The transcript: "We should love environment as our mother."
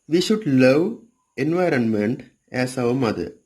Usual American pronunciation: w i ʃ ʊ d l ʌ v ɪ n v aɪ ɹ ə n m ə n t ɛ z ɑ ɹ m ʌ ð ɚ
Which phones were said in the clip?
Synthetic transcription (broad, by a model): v i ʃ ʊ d l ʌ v ɪ n v aɪ ɹ ə n m ə n t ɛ s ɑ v m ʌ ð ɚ